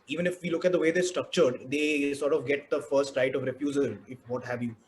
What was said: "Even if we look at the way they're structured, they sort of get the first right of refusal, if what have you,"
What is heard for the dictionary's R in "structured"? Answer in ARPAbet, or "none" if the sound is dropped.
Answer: R